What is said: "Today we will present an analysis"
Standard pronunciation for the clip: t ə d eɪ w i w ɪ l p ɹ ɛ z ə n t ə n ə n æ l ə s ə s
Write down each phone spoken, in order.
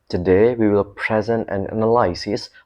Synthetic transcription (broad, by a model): t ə d eɪ w i w ɪ l p ɹ ɛ z ə n t ə n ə n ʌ l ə s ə s